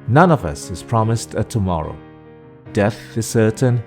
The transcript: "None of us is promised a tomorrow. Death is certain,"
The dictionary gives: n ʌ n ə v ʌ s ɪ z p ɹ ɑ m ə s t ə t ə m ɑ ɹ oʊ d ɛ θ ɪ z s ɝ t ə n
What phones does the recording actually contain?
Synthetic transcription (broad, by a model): n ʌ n ə v ʌ s ɪ z p ɹ ɑ m ə s t ə t ə m ɑ ɹ oʊ d ɛ θ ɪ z s ɝ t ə n